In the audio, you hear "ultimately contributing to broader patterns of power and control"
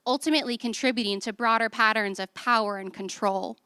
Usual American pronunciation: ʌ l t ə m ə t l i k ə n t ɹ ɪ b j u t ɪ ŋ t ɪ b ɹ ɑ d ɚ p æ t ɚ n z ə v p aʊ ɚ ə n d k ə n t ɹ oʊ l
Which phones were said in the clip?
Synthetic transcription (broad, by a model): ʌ l t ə m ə t l i k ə n t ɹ ɪ b j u t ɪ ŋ t ɪ b ɹ ɑ d ɚ p æ t ɚ n z ə v p aʊ ɚ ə n k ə n t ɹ oʊ l